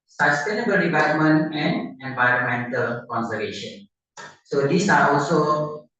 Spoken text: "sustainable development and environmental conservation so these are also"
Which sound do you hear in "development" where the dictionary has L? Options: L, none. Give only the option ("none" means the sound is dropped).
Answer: none